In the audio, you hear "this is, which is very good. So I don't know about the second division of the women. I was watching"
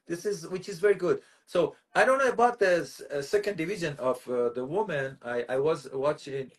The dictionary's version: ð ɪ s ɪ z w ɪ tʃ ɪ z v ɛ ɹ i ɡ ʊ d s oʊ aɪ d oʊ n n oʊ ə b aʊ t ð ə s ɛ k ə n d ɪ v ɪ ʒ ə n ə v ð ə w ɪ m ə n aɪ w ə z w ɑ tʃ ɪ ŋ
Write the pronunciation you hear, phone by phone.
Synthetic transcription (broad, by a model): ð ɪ s ɪ z w ɪ tʃ ɪ z v ɛ ɹ i ɡ ʊ d s oʊ aɪ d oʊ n n oʊ ə b aʊ t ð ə s ɛ k ə n d ɪ v ɪ ʒ ə n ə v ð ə w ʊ m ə n aɪ w ə z w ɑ tʃ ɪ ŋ